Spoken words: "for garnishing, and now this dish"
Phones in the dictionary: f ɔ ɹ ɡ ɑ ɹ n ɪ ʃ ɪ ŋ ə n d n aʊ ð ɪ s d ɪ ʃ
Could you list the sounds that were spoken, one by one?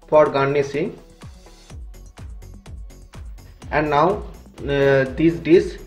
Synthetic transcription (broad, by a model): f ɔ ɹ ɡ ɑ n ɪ s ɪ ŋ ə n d n aʊ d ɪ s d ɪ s